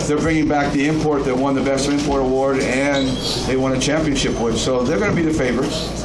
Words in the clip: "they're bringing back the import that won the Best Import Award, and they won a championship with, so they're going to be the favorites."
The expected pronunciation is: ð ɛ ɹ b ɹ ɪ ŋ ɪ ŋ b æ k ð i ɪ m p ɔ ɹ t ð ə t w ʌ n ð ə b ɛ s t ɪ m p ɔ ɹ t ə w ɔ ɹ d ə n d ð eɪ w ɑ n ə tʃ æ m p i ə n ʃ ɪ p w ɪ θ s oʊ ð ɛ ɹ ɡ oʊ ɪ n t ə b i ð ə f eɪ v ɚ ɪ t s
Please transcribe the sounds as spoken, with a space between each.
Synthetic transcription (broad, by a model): ð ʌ ɹ b ɹ ɪ ŋ ɪ ŋ b æ k ð i ɪ m p ɔ ɹ t ð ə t w ʌ n ð ə b ɛ s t ɪ m p ɔ ɹ t ə w ɔ ɹ d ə n ð eɪ w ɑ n ə tʃ æ m p i ə n ʃ ɪ p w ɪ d s oʊ ð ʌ ɹ ɡ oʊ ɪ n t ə b i ð ə f eɪ v ɚ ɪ t s